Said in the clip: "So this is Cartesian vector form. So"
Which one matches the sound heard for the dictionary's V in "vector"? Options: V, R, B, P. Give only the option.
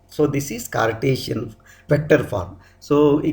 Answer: P